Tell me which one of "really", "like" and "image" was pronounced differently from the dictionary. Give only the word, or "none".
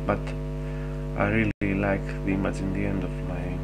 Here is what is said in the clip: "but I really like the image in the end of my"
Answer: image